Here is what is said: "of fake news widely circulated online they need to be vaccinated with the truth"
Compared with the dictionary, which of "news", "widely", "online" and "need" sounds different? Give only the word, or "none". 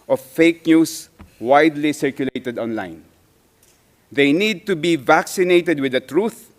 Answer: news